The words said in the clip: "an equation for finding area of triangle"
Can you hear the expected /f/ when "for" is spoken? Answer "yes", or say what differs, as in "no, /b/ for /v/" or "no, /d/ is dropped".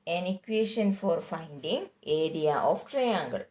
yes